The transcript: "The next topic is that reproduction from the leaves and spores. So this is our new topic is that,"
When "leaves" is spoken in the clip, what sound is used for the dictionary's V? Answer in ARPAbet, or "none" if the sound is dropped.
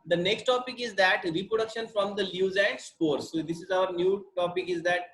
none